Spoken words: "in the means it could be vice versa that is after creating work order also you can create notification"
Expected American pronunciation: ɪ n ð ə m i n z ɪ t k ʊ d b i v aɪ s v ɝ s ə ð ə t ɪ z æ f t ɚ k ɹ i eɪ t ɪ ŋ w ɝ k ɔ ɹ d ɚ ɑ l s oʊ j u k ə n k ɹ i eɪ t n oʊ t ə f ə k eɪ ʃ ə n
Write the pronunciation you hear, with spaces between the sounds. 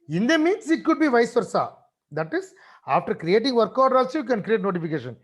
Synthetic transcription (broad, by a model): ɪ n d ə m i n s ɪ t k ʊ d b i v aɪ s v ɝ s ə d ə t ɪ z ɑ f t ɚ k ɹ i eɪ t ɪ ŋ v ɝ k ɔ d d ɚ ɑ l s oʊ j u k ə n k ɹ i eɪ t n oʊ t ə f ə k eɪ ʃ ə n